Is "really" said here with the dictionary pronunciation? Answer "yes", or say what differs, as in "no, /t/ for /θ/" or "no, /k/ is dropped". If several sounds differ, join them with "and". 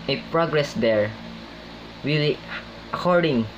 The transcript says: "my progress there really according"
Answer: no, /w/ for /ɹ/